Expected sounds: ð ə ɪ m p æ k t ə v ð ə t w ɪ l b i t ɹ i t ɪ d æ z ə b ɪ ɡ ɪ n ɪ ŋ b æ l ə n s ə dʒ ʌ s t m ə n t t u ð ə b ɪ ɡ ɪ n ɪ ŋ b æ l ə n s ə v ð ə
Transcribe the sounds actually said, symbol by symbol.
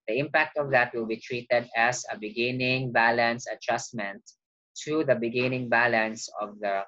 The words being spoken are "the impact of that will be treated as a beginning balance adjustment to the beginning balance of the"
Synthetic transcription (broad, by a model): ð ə ɪ m p æ k t ə v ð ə t w ɪ l b i t ɹ i t ɪ d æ s ə b ɪ ɡ ɪ n ɪ ŋ b æ l ə n s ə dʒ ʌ s m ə n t t u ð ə b ɪ ɡ ɪ n ɪ ŋ b æ l ə n s ə v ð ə